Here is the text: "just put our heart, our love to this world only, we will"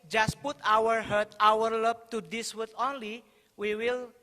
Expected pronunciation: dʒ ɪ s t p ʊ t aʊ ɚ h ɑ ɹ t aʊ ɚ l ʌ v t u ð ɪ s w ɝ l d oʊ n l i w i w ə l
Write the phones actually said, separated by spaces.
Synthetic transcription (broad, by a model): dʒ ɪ s t p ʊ t aʊ ɚ h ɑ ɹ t aʊ ɚ l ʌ b t u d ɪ s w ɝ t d oʊ n l i w i w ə l